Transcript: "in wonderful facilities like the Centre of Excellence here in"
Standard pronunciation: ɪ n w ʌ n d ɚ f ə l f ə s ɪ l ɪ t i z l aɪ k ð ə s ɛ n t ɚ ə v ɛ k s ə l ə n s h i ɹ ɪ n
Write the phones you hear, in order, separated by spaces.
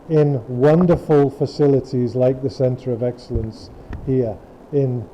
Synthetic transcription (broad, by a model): ɪ n w ʌ n d ɚ f ə l f ə s ɪ l ɪ t i z l aɪ k ð ə s ɛ n t ɚ ə v ɛ k s ə l ə n s h i ɹ ɪ n